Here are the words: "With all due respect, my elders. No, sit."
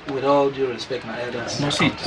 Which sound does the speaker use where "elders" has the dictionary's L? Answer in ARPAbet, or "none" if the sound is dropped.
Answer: none